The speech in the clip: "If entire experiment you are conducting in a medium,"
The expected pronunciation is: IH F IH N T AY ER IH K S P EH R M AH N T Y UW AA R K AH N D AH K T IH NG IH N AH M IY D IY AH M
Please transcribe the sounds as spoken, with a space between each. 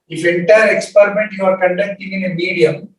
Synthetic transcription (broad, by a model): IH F IH N T AY ER IH K S P EH R M AH N T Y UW AA R K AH N D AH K T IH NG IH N AH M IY D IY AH M